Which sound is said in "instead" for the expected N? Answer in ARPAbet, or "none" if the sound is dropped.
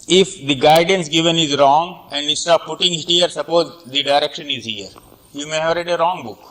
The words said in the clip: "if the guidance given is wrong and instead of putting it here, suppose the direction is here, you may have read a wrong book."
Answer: none